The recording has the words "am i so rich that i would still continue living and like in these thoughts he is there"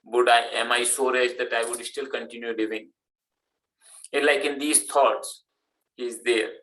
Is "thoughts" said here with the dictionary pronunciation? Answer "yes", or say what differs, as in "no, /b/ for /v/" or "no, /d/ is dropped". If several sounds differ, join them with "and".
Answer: no, /t/ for /θ/